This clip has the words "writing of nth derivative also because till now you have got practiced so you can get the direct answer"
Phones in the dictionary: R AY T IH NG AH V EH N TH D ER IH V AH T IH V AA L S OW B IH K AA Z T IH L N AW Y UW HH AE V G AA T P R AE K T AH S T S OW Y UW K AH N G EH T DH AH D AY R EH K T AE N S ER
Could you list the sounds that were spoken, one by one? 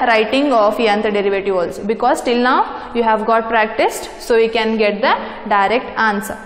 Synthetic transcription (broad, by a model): R AY T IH NG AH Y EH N T D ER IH V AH T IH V AA L S OW B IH K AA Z T IH L N AW Y UW HH AE V G AA T P R AE K T AH S T S OW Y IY K AH N G EH T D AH D AY R EH K T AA N S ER